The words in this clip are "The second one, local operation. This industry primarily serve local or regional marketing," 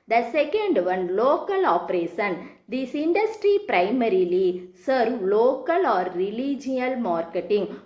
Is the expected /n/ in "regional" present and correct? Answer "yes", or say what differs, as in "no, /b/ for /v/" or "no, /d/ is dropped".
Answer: no, /n/ is dropped